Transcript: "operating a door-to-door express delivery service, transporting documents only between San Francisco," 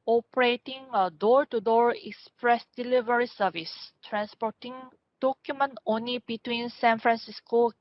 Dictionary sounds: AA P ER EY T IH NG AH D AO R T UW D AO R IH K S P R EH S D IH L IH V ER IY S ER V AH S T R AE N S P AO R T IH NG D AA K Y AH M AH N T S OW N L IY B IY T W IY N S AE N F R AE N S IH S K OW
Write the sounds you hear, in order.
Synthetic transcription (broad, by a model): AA P ER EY T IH NG AH D AO R T UW D AO R IH K S P R EH S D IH L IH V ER IY S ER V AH S T R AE N S P AO T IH NG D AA K Y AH M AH N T OW N L IY B IY T W IY N S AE N F R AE N S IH S K OW